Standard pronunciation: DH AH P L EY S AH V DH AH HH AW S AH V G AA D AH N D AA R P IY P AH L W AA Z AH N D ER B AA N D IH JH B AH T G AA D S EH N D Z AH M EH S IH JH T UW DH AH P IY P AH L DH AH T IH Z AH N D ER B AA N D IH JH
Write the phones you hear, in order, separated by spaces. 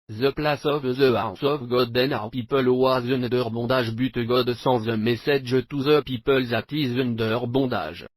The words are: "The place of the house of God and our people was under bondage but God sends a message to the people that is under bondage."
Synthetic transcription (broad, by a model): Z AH P L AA S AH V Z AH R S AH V G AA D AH N AA R P IY P AH L W AA Z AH N D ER B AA D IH ZH B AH T G AA D S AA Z AH M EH S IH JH T UW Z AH P IY P AH L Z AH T IH Z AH N D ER B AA D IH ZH